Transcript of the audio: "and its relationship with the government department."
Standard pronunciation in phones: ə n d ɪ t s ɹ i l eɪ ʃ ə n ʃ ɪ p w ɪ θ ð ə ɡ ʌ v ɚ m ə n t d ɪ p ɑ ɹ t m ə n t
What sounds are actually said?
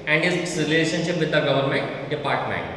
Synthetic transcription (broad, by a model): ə n d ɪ s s ɹ i l eɪ ʃ ə n ʃ ɪ p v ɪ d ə ɡ ʌ v ɚ m ə n t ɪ p ɑ ɹ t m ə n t